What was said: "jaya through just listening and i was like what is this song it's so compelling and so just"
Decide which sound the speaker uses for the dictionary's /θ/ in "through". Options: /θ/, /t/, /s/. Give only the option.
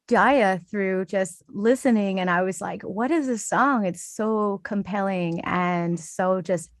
/θ/